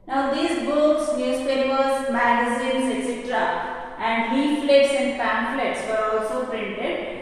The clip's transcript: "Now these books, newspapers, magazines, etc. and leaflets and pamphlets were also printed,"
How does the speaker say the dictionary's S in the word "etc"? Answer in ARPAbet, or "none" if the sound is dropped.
S